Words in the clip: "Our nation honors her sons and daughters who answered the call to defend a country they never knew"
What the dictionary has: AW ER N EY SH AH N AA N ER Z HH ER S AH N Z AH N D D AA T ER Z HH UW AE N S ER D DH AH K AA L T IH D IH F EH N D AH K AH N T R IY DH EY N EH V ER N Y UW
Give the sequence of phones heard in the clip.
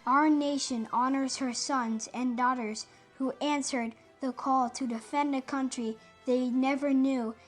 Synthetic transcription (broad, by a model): AW ER N EY SH AH N AA N ER Z HH ER S AH N Z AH N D D AA T ER Z HH UW AE N S ER D DH AH K AA L T IH D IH F EH N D AH K AH N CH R IY DH EY N EH V ER N Y UW